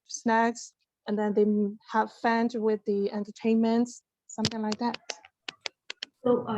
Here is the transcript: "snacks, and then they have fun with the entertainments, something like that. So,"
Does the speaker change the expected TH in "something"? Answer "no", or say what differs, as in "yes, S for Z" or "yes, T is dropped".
no